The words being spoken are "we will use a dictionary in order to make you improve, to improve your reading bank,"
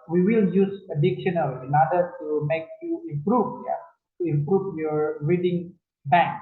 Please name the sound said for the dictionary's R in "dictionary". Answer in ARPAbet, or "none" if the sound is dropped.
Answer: L